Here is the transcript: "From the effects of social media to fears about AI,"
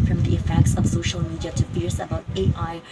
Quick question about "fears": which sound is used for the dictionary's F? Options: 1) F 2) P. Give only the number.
2